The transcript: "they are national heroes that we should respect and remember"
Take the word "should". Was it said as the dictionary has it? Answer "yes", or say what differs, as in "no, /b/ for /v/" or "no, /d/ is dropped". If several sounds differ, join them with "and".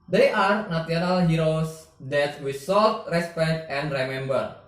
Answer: no, /s/ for /ʃ/